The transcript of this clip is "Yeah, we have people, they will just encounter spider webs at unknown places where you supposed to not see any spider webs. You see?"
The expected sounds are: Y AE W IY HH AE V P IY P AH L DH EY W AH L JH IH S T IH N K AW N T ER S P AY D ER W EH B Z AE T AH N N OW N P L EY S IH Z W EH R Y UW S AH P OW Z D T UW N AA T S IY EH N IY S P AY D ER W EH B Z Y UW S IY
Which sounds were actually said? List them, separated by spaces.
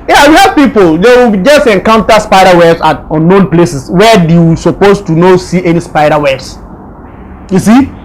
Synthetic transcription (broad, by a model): Y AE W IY HH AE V P IY P AH L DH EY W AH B JH IH S T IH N K AW N T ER S P AY D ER W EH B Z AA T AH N N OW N P L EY S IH S W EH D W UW S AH P OW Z T UW N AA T S IY EH N IY S P AY D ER W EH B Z Y UW S IY